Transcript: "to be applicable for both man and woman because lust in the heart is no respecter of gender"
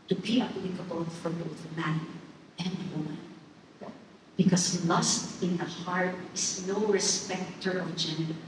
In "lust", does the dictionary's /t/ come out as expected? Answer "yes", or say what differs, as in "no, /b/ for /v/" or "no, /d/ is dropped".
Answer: yes